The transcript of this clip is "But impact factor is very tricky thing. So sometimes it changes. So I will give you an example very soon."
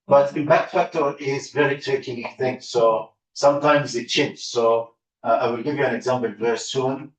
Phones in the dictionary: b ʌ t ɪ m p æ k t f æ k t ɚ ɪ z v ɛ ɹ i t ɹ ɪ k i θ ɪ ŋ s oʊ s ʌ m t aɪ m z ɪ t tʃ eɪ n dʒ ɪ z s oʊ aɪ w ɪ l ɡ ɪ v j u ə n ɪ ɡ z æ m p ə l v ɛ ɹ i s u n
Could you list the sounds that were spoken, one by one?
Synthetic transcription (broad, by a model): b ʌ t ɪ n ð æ t f æ k t ɚ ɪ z v ɛ ɹ i t ɹ ɪ k i θ ɪ ŋ s oʊ s ʌ m t aɪ m z ɪ t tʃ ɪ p s oʊ aɪ w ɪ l ɡ ɪ v j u ə n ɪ ɡ z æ m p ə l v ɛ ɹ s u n